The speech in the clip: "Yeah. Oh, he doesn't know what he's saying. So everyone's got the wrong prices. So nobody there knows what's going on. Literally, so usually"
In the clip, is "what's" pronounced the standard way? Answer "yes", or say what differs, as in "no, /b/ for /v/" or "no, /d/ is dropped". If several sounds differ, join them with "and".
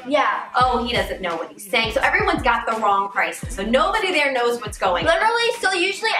yes